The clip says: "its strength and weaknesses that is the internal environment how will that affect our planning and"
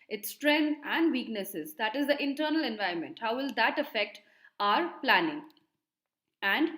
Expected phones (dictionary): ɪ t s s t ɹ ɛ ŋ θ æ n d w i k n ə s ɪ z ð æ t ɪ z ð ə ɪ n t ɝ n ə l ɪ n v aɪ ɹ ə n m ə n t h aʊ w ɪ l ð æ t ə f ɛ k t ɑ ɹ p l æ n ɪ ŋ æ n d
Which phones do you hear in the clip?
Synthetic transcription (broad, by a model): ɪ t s s t ɹ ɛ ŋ æ n d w i k n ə s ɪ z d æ t ɪ z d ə ɪ n t ɝ n ə l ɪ n v aɪ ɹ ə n m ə n t h aʊ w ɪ l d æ t ə f ɛ k t ɑ ɹ p l æ n ɪ ŋ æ n d